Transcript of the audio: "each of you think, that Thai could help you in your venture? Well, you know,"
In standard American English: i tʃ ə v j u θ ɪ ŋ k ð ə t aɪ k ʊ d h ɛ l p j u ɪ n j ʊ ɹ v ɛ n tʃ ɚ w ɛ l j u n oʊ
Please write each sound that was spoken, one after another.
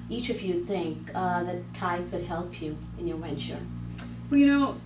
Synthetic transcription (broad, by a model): i tʃ ə v j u θ ɪ ŋ k ð ə t aɪ k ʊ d h ɛ l p j u ɪ n j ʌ ɹ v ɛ n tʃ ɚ w ɛ l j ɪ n oʊ